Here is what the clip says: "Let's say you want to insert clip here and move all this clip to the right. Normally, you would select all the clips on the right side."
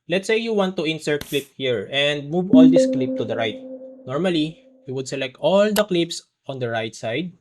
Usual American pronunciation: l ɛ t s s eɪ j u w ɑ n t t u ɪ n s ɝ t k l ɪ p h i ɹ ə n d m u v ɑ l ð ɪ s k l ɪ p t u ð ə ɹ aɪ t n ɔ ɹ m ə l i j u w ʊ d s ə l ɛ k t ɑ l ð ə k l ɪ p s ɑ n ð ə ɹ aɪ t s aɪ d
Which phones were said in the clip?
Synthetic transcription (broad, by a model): l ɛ t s s eɪ j u w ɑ n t t u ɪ n s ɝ k l ɪ p h i ɹ ə n d m u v ɑ l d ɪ s k l ɪ p t u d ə ɹ aɪ t n ɔ ɹ m ə l i j u w ʊ d s ə l ɛ k t ɑ l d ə k l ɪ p s ɑ n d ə ɹ aɪ t s aɪ d